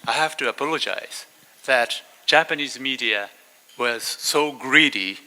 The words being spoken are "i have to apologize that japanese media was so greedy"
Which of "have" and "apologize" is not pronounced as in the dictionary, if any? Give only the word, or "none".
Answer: have